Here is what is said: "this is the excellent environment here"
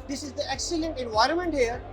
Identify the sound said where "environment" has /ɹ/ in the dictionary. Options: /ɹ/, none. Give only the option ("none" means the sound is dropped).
/ɹ/